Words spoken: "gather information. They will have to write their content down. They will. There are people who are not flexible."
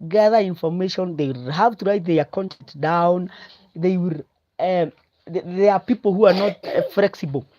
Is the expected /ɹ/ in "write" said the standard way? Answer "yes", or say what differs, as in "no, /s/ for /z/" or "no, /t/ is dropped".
yes